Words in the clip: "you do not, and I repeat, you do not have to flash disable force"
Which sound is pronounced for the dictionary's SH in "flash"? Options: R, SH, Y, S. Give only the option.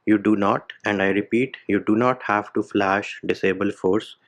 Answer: SH